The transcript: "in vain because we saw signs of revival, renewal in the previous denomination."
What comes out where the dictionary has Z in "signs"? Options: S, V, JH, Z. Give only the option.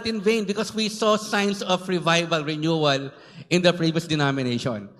S